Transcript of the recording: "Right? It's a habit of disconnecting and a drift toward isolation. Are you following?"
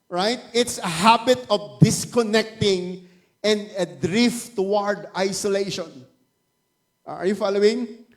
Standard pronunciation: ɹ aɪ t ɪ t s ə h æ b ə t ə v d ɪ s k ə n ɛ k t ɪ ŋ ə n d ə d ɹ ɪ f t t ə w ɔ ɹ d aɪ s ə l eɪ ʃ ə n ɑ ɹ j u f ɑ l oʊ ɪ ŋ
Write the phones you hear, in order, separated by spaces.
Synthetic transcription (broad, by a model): ɹ aɪ t ɪ t s ə h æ b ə t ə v d ɪ s k ə n ɛ k t ɪ ŋ ə n d ə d ɹ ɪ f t t ə w ɔ ɹ d aɪ s ə l eɪ ʃ ə n ɑ ɹ j u f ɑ l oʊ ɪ ŋ